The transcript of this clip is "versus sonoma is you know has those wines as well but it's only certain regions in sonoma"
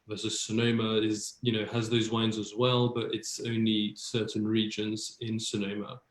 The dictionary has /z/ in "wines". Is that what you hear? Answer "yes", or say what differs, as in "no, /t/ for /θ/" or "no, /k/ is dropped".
yes